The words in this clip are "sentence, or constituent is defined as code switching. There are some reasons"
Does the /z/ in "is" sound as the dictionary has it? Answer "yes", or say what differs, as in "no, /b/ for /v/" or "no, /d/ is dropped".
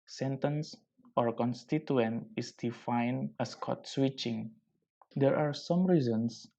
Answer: no, /s/ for /z/